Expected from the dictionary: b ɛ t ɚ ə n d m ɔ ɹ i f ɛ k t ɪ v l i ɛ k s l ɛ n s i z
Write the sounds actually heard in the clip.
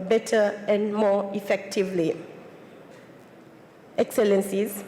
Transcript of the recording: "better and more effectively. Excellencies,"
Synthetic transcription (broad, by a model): b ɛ t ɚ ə n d m ɔ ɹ i f ɛ k t ɪ v l i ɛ k s l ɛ n s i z